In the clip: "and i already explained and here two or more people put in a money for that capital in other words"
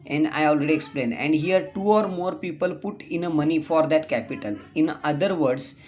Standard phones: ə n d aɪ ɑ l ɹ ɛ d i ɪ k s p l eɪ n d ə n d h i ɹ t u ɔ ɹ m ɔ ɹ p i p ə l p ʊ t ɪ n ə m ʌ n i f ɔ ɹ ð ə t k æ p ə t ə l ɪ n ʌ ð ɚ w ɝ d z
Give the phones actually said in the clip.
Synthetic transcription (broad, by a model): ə n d aɪ ɑ l ɹ ɛ d i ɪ k s p l eɪ n ə n d h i ɹ t u ɔ ɹ m ɔ ɹ p i p ə l p ʊ t ɪ n ə m ʌ n i f ɔ ɹ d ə t k æ p ə t ə l ɪ n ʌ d ɚ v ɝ d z